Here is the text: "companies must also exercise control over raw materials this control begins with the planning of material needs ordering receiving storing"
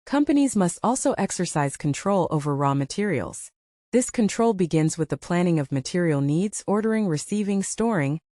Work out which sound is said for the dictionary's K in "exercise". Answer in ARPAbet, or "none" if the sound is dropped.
K